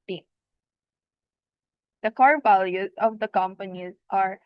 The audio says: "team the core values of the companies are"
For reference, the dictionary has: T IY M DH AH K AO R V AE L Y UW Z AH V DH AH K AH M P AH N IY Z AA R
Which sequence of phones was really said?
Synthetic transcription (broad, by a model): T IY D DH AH K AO R V AE L Y UW Z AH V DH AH K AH M P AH N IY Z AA R